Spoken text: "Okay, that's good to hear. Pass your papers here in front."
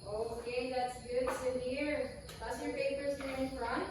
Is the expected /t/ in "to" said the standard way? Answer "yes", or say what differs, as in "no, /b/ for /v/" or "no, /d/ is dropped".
no, /s/ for /t/